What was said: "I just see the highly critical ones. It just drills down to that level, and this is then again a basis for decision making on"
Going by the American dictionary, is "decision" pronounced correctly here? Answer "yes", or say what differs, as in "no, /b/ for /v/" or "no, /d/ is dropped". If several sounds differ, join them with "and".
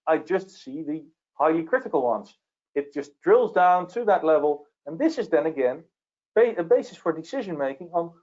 yes